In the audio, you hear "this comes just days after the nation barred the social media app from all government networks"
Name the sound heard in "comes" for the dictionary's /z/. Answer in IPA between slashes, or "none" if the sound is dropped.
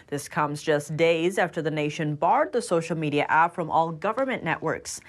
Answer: /z/